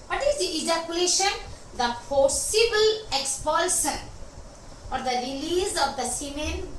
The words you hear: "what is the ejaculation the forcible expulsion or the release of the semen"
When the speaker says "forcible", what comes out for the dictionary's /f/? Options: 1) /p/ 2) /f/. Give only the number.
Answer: 1